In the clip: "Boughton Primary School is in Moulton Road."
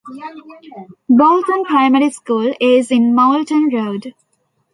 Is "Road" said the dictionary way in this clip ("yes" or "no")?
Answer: yes